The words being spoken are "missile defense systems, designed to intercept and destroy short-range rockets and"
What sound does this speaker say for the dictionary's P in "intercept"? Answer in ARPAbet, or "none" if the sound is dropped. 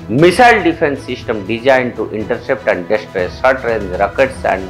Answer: P